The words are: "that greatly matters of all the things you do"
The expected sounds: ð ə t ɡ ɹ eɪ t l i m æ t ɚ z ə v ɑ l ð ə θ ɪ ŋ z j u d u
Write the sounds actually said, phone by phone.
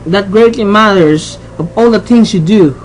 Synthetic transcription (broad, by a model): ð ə t ɡ ɹ eɪ t l i m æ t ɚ s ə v ɑ l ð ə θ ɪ ŋ s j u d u